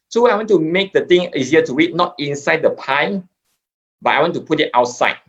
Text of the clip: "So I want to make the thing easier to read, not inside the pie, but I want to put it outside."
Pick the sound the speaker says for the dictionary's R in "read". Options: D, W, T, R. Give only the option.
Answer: W